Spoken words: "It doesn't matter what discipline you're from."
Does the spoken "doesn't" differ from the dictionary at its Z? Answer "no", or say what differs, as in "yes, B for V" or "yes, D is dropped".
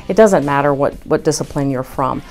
no